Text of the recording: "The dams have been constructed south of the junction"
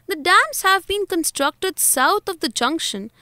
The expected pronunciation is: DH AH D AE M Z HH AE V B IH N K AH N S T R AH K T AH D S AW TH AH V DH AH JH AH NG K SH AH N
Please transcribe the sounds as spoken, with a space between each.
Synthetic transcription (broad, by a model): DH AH D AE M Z HH AE V B IH N K AH N S T R AH K T AH D S AW T AH V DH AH JH AH NG K SH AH N